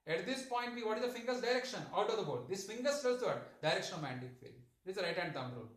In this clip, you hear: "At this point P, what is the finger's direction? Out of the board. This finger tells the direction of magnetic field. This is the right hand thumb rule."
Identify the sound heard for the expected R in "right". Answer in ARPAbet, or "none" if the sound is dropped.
R